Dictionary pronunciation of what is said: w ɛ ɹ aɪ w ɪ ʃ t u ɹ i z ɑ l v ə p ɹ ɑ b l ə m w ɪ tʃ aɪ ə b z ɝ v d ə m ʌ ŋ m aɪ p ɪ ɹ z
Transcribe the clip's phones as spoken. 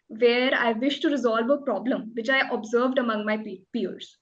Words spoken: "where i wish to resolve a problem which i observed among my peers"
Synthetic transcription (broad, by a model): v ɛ ɹ aɪ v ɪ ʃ t u ɹ i z ɑ l v ə p ɹ ɑ b l ə m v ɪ tʃ aɪ ə b z ɝ v d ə m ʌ ŋ m aɪ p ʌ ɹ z